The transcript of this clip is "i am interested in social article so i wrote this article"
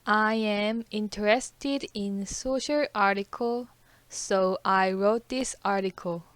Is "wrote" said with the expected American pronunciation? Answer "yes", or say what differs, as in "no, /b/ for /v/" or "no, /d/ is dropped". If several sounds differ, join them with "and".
yes